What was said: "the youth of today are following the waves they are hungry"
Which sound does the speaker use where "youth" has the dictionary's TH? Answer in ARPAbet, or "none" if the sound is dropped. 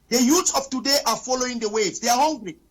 S